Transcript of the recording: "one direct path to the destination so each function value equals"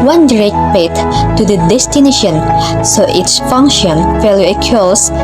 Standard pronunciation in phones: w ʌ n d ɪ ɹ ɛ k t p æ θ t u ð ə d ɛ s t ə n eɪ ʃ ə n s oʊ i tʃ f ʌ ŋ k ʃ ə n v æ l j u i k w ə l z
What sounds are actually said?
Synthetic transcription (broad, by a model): w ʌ n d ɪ ɹ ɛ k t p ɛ t t u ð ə d ɛ s t ə n eɪ ʃ ə n s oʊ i s f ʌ ŋ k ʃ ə n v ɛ l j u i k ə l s